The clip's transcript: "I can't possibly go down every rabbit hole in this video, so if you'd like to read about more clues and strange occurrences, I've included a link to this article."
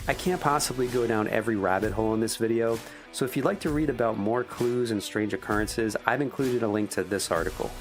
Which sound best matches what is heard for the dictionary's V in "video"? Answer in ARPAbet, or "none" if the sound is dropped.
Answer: V